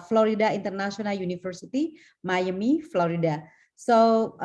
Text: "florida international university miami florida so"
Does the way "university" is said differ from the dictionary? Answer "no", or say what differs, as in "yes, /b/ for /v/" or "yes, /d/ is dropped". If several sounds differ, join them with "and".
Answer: yes, /f/ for /v/